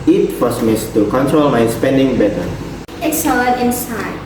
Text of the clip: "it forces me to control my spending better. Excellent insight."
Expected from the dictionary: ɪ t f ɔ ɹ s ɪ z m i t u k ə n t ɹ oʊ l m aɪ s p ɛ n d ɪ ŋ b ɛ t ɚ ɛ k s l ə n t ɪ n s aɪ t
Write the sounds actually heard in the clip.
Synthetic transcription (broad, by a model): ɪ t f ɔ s m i t u k ə n t ɹ oʊ l m aɪ s p ɛ n d ɪ ŋ b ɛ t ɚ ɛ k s ə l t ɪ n s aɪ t